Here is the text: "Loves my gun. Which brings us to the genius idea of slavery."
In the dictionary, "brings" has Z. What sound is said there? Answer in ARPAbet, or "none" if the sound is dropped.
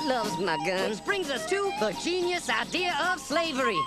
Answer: Z